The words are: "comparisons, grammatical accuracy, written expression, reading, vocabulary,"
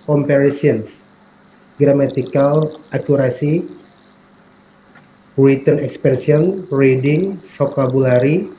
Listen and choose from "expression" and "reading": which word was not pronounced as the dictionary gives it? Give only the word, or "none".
expression